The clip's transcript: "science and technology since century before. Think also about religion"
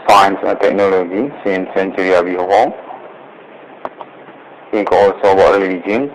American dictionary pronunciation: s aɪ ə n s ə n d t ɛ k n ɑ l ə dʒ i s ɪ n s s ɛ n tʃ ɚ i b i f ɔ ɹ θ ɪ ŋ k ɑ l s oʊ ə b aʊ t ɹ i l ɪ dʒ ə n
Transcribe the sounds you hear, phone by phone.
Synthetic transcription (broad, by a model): s aɪ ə n s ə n t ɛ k n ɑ l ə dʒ i s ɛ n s s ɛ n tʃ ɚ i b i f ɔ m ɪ k ɑ l s oʊ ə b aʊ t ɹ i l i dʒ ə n